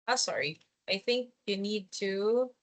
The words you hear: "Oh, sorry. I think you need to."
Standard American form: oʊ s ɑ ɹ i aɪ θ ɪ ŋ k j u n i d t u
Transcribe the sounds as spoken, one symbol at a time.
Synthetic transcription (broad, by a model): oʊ s ɑ ɹ i aɪ θ ɪ ŋ k j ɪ n i d t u